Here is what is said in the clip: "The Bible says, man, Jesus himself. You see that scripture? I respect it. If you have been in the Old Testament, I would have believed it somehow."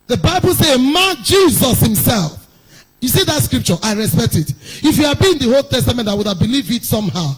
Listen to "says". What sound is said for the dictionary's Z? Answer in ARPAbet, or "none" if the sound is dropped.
none